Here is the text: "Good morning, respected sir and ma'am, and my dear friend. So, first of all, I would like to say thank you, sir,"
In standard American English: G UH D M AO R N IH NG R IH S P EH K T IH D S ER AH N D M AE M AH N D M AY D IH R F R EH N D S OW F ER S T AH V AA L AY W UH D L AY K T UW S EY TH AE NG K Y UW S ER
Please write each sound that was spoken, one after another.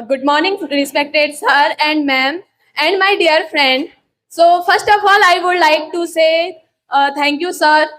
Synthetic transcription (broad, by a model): G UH D M AO R N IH NG R IH S P EH K T IH D S ER AH N D M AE M AH N D M AY D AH R F R EH N D S OW F ER S T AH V AA L AY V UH D L AY K T UW S EY T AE NG K Y UW S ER